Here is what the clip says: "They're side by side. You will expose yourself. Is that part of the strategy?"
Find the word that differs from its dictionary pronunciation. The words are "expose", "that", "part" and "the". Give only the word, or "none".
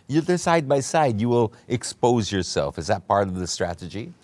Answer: none